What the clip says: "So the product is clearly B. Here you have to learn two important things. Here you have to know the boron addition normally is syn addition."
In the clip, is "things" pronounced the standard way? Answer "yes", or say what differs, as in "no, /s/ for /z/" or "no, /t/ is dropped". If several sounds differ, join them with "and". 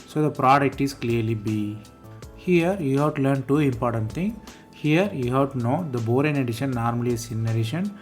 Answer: no, /t/ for /θ/ and /z/ is dropped